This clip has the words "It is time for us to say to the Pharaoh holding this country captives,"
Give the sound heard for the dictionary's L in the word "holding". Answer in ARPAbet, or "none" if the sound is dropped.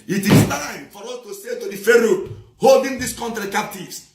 L